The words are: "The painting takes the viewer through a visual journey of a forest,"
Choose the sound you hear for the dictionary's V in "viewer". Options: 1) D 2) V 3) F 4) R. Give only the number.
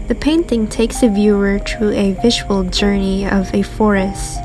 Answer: 2